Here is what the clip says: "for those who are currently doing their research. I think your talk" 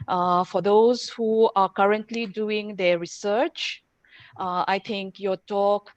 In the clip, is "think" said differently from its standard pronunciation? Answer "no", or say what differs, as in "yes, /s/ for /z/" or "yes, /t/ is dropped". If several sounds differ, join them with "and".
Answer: yes, /t/ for /θ/